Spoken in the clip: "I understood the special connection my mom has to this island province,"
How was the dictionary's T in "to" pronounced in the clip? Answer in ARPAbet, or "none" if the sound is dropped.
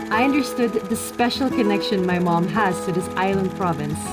S